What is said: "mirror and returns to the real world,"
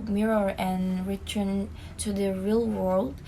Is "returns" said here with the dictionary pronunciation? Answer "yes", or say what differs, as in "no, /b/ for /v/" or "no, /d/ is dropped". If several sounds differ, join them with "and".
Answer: no, /z/ is dropped